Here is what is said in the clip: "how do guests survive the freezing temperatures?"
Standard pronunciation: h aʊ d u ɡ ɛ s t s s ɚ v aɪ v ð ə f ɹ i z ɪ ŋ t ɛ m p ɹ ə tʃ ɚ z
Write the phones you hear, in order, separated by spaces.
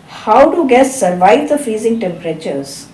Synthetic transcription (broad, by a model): h aʊ d u ɡ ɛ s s s ɚ v aɪ v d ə f i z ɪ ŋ t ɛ m p ɹ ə tʃ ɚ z